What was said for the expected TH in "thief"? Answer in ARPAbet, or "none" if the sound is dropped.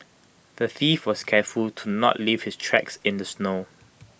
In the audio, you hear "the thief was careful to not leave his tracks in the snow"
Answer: TH